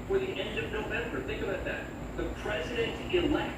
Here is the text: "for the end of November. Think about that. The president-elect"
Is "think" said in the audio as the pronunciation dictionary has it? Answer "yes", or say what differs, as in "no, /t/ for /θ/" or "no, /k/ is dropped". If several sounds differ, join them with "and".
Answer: yes